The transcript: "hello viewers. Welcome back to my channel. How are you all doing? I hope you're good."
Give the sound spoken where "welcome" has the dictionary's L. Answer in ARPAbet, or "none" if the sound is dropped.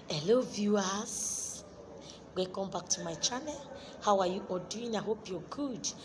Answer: none